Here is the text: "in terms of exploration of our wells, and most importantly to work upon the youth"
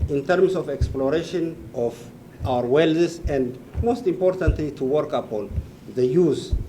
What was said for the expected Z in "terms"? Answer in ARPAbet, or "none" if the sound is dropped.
S